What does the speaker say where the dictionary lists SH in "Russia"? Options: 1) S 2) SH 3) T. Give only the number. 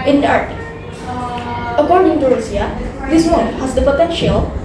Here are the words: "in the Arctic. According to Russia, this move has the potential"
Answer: 1